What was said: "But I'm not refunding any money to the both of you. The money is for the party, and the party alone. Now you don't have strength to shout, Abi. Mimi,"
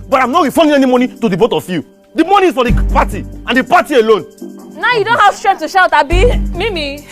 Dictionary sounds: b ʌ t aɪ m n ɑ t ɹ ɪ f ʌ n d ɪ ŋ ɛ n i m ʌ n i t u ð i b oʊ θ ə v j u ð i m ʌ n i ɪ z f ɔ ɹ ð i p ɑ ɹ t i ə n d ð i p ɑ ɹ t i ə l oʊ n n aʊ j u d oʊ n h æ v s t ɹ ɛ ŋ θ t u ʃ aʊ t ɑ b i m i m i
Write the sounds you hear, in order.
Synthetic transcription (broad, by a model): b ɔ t aɪ m n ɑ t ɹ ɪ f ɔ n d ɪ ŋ ɛ n i m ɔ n i t u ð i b oʊ t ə f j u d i m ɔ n i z f ɔ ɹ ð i p ɑ t i ə n d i p ɑ t i ə l oʊ n n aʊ j u d oʊ n h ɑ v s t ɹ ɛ t u ʃ aʊ t ɑ b i m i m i